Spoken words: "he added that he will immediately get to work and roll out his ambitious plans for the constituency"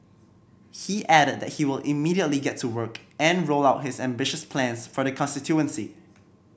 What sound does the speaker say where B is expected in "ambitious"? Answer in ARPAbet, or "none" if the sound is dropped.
B